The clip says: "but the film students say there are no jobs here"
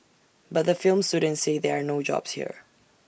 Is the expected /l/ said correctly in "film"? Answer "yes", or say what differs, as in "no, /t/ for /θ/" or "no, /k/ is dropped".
yes